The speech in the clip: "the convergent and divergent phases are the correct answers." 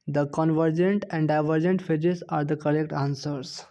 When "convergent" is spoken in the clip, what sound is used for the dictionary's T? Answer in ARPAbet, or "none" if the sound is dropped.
T